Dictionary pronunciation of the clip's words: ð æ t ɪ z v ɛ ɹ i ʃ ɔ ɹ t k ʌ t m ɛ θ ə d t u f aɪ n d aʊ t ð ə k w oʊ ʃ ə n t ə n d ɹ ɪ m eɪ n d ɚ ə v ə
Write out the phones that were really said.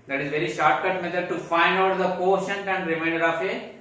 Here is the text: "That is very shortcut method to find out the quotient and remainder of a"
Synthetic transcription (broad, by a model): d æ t ɪ z v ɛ ɹ i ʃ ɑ ɹ t k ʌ t m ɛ t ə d t u f aɪ n d aʊ t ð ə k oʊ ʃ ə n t ə n d ɹ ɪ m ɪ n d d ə f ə